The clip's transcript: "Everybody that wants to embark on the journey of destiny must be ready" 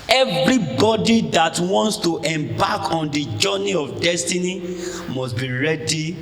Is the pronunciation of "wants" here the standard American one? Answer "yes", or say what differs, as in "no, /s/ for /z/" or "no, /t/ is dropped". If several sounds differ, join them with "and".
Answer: yes